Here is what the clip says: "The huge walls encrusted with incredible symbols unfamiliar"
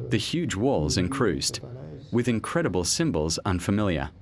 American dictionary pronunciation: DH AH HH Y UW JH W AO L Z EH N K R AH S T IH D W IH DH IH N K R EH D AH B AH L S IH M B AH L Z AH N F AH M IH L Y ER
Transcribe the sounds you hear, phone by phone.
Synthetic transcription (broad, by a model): DH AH HH Y UW JH W AO L Z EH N K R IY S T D W IH DH IH N K R EH D AH B AH L S IH M B AH L Z AH N F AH M IH L Y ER